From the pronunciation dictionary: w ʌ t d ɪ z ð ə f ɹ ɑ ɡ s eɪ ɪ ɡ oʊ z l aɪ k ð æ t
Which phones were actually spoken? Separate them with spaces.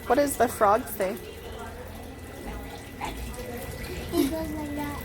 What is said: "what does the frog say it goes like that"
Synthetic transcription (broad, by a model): w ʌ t d ɪ z ð ə f ɹ ɑ ɡ θ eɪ ɪ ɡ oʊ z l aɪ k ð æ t